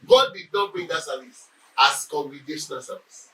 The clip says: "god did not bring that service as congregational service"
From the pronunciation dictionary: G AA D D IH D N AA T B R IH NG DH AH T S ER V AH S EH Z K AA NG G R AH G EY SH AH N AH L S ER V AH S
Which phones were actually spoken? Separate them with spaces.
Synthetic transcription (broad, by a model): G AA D D IH D N AA T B EH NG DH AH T S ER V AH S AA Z K AA NG G R AH G EY SH AH N AH L S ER V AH S